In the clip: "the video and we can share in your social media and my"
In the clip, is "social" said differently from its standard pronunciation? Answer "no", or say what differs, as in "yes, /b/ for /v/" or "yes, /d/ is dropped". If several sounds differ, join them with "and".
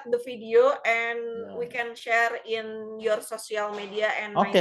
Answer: yes, /s/ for /ʃ/